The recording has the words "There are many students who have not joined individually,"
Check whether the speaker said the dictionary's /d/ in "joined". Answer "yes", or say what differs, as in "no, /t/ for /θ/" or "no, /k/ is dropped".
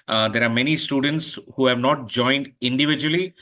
yes